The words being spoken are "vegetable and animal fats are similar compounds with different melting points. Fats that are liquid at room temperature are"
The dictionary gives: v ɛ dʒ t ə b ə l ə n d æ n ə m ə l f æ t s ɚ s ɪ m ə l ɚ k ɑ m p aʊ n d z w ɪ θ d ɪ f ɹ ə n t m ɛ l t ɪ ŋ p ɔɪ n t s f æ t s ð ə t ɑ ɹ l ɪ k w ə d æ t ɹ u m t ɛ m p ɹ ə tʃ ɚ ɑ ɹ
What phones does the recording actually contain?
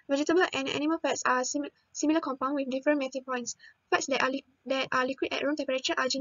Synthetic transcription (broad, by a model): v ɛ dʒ t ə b ə l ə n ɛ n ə m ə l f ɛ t s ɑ s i m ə l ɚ k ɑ m p aʊ n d w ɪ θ d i f ɹ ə n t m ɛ t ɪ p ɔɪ n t s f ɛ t s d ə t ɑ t l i k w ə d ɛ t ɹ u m t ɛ m p ɹ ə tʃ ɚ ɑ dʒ